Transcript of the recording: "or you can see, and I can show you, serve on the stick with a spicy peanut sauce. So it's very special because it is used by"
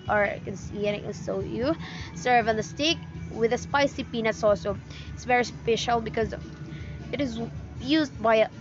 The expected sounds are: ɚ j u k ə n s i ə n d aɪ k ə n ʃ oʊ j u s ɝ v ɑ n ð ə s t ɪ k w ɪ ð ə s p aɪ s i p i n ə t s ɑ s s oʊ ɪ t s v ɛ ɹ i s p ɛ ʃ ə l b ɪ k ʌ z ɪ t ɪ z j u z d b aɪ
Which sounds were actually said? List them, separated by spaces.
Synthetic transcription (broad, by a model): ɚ k ə n s i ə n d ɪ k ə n s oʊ j u s ɝ v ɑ n ð ə s t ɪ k w ɪ ð ə s p aɪ s i p i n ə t s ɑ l s oʊ ɪ t s v ɛ ɹ i s p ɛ ʃ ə l b ɪ k ʌ z ɪ t ɪ z j u z d b aɪ